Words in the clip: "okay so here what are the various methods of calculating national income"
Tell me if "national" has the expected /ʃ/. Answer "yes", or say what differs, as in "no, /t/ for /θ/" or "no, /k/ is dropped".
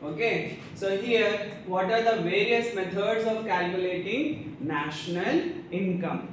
yes